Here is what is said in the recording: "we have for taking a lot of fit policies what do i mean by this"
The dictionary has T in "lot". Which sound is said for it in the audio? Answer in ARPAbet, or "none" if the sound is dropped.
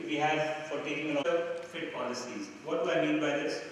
none